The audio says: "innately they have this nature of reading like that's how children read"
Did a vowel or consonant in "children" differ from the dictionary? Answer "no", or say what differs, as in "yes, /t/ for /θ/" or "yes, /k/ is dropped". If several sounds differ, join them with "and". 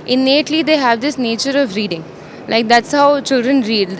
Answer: no